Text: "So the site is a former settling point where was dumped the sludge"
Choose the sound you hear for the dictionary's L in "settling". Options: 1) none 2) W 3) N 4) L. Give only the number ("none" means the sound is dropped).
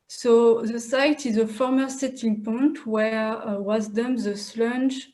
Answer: 1